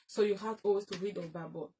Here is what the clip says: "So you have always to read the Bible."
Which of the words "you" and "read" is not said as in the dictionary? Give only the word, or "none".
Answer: none